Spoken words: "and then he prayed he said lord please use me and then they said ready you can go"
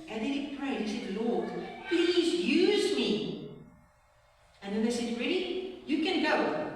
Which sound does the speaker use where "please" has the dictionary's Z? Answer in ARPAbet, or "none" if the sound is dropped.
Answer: Z